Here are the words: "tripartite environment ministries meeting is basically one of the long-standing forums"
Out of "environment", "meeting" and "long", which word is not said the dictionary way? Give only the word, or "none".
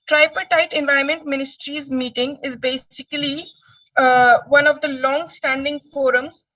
environment